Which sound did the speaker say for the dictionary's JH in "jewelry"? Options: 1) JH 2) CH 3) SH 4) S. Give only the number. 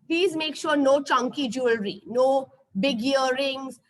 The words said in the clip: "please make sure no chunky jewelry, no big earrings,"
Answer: 1